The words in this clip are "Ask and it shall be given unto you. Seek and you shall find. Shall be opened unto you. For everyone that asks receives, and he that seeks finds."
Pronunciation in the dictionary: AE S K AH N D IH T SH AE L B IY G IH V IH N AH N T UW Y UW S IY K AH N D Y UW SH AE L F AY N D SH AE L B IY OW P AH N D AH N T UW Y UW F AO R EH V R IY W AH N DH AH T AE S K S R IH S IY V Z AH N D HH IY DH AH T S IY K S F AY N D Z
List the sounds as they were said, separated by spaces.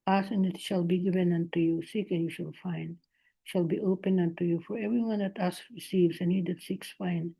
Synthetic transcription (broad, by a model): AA S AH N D IH T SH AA L B IY G IH V IH N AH N T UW Y UW S IY K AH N Y UW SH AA L F AY N D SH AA L B IY OW P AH N AH N T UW Y UW F AO R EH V R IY W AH N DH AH T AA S S R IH S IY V S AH N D HH IY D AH T S IY K S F AY N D